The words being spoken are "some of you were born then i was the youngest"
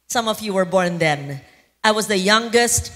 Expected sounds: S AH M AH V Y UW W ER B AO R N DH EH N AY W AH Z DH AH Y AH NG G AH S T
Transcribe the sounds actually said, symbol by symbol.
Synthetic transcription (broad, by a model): S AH M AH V Y UW W ER B AO R N DH EH N AY W AH Z DH AH Y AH NG G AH S T